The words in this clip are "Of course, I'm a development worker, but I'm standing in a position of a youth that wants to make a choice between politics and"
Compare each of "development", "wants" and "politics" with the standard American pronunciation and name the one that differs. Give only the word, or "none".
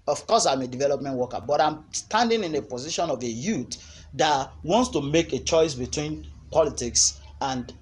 none